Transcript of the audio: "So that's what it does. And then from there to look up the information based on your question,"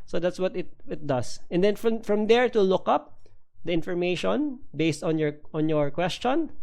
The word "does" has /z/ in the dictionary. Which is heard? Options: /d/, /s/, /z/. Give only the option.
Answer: /s/